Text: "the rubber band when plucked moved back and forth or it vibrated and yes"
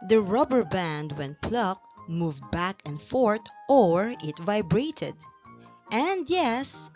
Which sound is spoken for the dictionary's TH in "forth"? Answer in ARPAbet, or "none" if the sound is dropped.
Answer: T